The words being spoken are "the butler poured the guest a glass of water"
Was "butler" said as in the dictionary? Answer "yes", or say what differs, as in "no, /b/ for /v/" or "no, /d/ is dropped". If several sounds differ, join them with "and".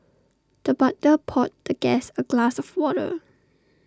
no, /l/ is dropped